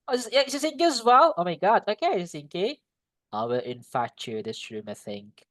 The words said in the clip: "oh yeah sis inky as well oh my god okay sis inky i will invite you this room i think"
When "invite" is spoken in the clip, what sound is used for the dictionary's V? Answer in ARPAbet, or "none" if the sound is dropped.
F